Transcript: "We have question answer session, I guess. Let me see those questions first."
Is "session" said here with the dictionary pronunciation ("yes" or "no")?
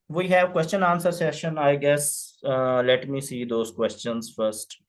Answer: yes